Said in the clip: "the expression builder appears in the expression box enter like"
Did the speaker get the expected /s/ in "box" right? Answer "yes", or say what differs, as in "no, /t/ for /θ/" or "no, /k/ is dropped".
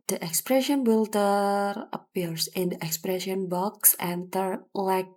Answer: yes